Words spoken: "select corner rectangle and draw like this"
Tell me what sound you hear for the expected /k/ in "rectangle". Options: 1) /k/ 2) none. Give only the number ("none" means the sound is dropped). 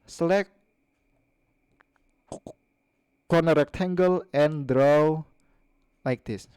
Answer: 1